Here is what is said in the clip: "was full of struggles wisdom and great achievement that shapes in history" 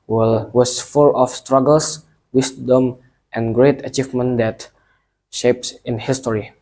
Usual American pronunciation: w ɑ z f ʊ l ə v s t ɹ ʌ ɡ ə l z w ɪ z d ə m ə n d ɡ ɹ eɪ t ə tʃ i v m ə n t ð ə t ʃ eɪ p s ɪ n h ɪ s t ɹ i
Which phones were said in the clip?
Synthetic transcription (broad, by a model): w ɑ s f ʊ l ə f s t ɹ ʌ ɡ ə l s w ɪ s d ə m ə n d ɡ ɹ eɪ t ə tʃ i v m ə n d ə t ʃ eɪ p s ɪ n h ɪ s t ɹ i